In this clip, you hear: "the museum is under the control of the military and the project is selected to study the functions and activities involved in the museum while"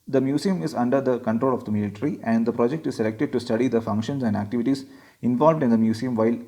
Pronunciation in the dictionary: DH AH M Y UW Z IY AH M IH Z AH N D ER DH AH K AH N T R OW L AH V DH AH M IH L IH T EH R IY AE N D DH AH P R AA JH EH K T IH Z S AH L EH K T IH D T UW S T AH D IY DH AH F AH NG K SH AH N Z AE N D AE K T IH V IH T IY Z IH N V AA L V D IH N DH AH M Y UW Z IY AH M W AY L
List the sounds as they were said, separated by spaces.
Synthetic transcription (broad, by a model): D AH M Y UW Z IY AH M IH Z AH N D ER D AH K AH N T R OW L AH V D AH M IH L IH T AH R IY AE N D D AH P R AA JH EH K T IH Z S AH L EH K T IH D T UW S T AH D IY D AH F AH NG K SH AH N S AE N D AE K T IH V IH T IY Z IH N V AA L V D IH N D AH M Y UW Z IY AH M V AY L